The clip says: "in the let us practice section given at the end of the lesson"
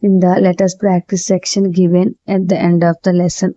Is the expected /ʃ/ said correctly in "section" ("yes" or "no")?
yes